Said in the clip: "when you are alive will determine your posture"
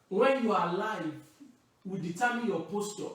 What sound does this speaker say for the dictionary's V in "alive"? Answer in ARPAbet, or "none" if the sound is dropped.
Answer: V